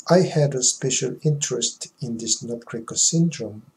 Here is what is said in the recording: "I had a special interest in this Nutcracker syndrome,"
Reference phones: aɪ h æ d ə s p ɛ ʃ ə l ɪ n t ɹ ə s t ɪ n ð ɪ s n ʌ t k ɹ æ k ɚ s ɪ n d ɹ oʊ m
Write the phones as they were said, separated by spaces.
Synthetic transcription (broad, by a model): aɪ h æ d ə s p ɛ ʃ ə l ɪ n t ɹ ə s t ɪ n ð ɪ s n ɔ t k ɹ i k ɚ s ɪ n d ɹ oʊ m